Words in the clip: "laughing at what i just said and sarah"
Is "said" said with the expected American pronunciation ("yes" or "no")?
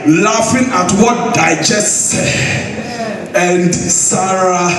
no